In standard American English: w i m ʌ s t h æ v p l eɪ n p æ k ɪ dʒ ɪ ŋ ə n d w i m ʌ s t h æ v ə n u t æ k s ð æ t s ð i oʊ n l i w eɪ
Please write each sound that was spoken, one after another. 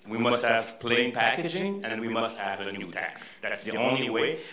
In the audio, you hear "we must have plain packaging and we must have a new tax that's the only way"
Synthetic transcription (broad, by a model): w i m ʌ s t h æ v p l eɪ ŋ p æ k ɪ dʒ ɪ ŋ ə n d w i m ʌ s t h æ v ə n u t æ k s ð æ t s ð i oʊ n l i w eɪ